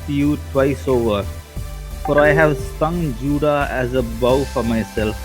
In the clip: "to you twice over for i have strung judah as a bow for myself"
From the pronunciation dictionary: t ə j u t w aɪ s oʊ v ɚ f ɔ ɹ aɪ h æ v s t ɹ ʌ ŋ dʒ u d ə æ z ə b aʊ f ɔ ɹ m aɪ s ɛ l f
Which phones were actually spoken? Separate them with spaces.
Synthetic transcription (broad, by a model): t j u t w aɪ s oʊ v ɚ f ɔ ɹ aɪ h æ v s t ʌ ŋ dʒ u d ə æ z ə b aʊ f ɔ ɹ m aɪ s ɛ l f